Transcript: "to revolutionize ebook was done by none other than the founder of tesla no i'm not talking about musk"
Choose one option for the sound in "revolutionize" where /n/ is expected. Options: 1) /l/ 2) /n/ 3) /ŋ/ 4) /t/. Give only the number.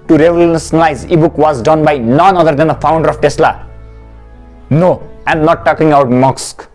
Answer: 1